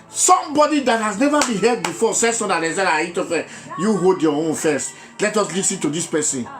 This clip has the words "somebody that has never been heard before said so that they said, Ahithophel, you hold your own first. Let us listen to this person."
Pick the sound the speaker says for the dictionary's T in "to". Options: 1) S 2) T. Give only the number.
2